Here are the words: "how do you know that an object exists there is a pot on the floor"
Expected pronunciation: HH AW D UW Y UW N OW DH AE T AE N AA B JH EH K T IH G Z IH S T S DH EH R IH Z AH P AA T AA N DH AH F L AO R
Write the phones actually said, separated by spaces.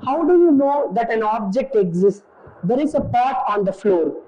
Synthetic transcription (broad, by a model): HH AW D UW Y UW N OW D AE T AE N AA B JH EH K T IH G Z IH S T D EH R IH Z AH P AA T AA N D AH F L AO R